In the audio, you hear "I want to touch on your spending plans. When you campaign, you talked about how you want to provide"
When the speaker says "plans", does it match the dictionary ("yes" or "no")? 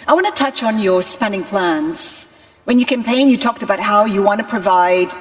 yes